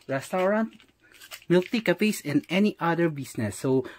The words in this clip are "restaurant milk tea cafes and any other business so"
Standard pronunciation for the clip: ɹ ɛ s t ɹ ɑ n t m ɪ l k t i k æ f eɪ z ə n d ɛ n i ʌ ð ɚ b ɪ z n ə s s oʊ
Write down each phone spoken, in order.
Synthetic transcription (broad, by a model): ɹ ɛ s t ɹ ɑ n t m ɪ l t i k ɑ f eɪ s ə n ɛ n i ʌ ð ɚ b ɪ s n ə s s oʊ